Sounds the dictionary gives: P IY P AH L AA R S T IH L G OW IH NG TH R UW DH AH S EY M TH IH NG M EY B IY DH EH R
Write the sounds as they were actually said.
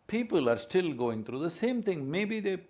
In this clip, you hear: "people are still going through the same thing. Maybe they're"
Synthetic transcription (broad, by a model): P IY P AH L AA R S T IH L G OW IH NG T R UW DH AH S EY M T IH NG M EY B IY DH EH